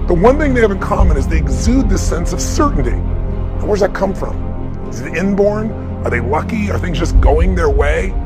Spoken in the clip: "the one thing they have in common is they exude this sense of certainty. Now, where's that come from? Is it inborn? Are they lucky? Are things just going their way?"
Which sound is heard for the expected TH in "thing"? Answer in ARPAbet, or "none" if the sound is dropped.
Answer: TH